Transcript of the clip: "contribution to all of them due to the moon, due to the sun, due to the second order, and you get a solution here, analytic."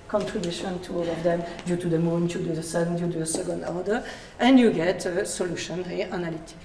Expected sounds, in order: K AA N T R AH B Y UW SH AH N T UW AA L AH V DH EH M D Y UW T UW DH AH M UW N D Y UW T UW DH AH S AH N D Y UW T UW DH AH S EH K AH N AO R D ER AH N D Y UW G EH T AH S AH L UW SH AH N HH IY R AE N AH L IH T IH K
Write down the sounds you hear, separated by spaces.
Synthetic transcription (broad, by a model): K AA N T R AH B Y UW SH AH N T UW AA L AH V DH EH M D Y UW T UW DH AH M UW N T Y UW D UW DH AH S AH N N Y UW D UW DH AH S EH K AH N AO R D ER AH N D Y UW G EH T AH S AH L UW SH AH N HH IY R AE N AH L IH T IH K